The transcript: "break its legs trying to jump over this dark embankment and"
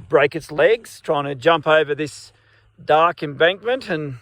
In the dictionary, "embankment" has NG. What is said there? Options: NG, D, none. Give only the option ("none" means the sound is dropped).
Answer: NG